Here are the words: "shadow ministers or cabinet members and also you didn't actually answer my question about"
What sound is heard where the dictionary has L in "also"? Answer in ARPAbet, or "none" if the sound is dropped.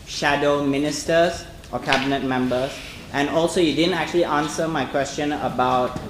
L